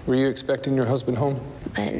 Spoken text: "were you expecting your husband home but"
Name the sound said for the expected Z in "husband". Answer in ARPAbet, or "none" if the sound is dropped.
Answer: Z